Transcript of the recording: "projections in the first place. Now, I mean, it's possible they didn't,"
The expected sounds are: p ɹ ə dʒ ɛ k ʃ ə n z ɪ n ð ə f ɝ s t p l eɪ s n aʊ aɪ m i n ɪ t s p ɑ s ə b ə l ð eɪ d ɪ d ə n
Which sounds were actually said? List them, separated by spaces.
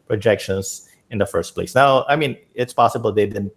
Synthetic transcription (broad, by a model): p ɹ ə dʒ ɛ k ʃ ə n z ɪ n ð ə f ɝ s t p l eɪ s n aʊ aɪ m i n ɪ t s p ɑ s ə b ə l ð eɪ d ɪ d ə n